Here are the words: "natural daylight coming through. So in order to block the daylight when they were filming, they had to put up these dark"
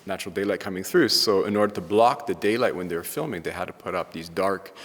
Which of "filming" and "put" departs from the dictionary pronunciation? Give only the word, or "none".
none